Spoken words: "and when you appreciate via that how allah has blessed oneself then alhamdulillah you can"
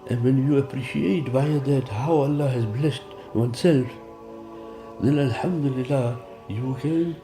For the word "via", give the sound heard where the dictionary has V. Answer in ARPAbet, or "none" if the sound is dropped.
B